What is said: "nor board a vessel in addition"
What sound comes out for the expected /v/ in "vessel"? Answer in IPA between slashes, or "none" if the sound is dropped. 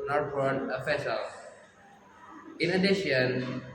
/f/